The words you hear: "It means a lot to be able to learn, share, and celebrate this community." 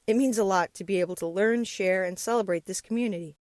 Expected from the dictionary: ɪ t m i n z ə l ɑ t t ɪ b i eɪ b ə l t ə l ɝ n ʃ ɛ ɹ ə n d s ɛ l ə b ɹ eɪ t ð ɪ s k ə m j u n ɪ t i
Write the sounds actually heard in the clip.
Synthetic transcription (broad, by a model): ɪ t m i n z ə l ɑ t t ɪ b i eɪ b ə l t ə l ɝ n ʃ ɛ ɹ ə n s ɛ l ə b ɹ eɪ t ð ɪ s k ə m j u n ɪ t i